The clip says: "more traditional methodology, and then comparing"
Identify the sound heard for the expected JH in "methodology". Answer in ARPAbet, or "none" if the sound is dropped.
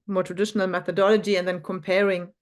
JH